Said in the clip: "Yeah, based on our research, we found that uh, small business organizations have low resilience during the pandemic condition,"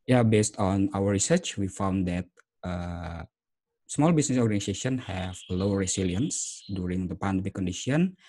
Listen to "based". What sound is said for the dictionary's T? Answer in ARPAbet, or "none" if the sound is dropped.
T